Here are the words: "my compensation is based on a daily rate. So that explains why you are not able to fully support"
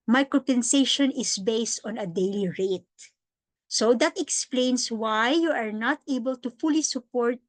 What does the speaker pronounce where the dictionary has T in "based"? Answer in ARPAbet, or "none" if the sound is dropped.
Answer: T